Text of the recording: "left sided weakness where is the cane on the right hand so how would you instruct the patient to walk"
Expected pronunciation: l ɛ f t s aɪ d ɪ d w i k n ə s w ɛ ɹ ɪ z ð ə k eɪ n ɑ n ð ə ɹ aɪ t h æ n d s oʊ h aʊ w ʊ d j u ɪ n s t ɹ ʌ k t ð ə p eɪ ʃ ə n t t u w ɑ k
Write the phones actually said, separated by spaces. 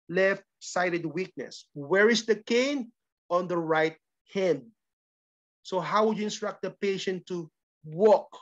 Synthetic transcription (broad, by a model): l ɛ f t s aɪ d ɪ d w i k n ə s w ɛ ɹ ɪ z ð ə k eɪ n ɑ n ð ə ɹ aɪ t h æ n d s oʊ h aʊ w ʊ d j u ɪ n s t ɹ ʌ k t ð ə p eɪ ʃ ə n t t u w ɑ k